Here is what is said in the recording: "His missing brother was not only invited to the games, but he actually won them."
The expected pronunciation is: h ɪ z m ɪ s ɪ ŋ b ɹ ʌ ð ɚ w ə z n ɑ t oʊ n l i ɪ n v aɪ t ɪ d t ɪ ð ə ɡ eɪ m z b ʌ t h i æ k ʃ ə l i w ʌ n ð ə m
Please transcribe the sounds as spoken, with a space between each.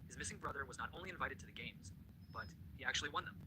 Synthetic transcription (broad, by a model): h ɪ z m ɪ s ɪ ŋ b ɹ ʌ ð ɚ w ə z n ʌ t oʊ n l i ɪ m v aɪ t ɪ d t ɪ ð ə ɡ eɪ m z b ʌ t h i æ k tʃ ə l i w ʌ n ð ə m